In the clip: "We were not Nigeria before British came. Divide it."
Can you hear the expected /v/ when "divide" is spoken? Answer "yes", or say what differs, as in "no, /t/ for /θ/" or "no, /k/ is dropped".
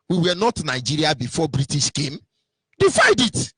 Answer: no, /f/ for /v/